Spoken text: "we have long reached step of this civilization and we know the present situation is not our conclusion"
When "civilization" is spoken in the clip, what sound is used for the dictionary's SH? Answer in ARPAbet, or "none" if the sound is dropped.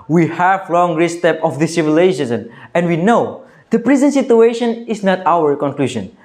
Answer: S